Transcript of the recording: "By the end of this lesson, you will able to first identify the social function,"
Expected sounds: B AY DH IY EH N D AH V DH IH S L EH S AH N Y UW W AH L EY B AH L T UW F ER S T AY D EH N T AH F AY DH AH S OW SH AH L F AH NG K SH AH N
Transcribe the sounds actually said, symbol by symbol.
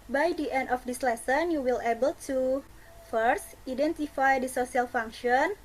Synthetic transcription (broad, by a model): B AY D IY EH N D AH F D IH S L EH S AH N Y UW W AH L EY B AH L T UW F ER S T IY D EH N T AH F AY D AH S OW S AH L F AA NG K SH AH N